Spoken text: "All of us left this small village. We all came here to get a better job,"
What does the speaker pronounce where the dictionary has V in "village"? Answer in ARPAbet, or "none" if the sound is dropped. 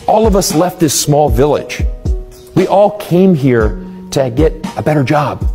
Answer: V